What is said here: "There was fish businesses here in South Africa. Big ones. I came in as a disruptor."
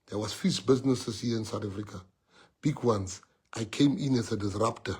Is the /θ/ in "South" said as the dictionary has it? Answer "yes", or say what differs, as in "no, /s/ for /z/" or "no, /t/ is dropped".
no, /t/ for /θ/